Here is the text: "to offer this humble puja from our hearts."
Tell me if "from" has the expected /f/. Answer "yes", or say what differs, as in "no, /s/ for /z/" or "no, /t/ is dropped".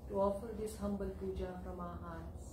no, /p/ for /f/